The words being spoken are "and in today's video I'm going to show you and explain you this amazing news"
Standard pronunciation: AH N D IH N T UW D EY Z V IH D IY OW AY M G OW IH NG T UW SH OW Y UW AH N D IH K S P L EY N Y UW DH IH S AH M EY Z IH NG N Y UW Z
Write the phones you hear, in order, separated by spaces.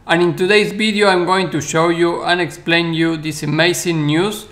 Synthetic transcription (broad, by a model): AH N IH N T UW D EY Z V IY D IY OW AY M G OW IH NG T UW SH OW Y UW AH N IH K S P L EY N Y UW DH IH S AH M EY S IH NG N Y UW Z